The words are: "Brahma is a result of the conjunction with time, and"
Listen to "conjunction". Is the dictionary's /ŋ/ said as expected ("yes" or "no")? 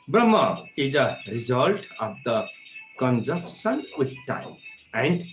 no